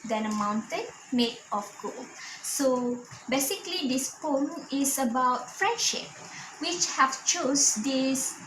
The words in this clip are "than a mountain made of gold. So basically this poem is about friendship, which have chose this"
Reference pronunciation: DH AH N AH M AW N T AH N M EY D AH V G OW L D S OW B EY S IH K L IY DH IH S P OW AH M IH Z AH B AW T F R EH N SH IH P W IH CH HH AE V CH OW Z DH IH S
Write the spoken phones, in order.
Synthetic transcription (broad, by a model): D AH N AH M AW N T AH N M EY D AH F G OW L S OW B EY S IH K L IY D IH S P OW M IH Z AH B AW T F R EH N SH IH P W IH CH HH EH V CH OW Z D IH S